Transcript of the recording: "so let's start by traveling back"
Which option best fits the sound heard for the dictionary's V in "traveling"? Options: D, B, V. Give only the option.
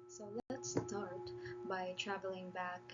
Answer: V